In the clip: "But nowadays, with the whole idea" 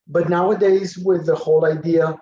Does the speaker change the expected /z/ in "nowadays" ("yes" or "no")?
no